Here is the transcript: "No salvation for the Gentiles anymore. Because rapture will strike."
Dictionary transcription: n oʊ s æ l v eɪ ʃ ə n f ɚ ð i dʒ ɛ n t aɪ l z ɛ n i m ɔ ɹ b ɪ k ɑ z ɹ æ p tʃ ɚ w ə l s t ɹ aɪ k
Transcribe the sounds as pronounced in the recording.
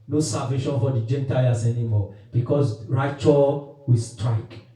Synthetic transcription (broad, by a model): n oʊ s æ v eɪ ʃ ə n f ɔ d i dʒ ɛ n t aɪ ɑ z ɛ n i m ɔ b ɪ k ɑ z ɹ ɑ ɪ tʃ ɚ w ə s t ɹ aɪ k